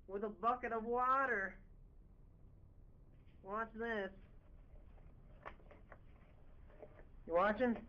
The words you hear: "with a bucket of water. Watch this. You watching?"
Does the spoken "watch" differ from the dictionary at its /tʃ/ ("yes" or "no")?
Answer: yes